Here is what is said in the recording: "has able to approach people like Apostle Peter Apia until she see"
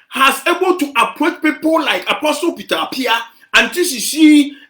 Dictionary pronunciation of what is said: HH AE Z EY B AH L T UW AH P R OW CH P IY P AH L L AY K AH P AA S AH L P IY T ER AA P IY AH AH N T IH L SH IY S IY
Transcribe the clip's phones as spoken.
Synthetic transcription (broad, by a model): HH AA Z EY B AH L T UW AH P OW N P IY P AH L L AY K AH P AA S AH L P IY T AA P IY AH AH N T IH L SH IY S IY